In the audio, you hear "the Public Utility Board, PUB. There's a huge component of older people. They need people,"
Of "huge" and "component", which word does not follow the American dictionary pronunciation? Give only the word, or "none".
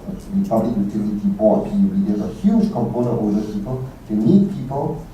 component